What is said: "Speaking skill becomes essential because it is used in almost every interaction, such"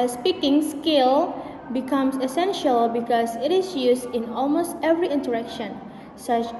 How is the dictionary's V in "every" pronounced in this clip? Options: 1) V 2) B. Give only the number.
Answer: 1